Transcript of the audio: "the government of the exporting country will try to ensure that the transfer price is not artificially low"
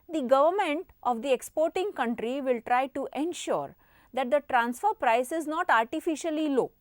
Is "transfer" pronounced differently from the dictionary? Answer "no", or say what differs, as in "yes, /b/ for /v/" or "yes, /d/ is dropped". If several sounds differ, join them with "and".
no